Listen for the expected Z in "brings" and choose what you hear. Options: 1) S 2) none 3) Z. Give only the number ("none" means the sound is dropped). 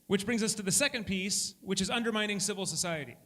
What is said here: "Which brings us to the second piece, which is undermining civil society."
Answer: 3